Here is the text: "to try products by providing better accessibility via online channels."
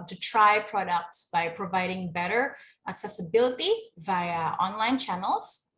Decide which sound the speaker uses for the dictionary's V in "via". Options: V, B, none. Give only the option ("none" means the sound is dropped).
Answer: V